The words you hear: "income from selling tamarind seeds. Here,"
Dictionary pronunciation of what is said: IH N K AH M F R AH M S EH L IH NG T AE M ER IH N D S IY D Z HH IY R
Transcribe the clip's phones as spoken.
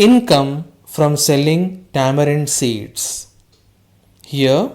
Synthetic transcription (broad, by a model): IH N K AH M F R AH M S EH L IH NG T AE M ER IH N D S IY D S HH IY R